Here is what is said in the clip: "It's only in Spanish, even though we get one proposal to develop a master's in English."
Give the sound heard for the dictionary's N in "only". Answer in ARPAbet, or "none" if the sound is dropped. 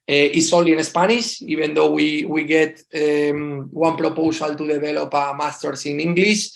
none